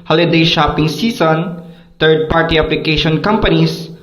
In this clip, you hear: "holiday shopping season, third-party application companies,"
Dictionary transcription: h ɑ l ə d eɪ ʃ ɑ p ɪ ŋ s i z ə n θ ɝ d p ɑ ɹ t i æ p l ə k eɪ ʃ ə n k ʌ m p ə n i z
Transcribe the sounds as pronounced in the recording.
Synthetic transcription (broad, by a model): h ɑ l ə d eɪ ʃ ɑ p ɪ ŋ s i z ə n t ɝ d p ɑ ɹ t i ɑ p l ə k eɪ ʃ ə n k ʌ m p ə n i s